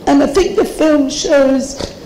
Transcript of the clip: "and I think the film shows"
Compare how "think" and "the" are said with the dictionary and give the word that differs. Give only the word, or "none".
none